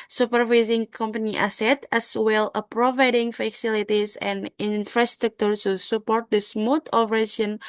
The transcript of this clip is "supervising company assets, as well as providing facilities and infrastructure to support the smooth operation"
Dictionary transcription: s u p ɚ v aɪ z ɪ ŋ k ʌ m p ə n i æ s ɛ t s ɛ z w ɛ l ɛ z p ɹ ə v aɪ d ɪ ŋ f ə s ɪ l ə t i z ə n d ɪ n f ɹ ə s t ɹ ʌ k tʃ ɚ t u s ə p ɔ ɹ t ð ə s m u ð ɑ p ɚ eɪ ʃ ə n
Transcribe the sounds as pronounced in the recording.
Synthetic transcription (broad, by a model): s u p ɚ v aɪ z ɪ ŋ k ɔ m p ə n i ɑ s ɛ t ɛ s w ɛ l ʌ p ɹ ə v aɪ d ɪ ŋ f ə s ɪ l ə t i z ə n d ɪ n f ɹ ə s t ɹ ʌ k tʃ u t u s ə p ɔ ɹ t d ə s m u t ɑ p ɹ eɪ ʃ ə n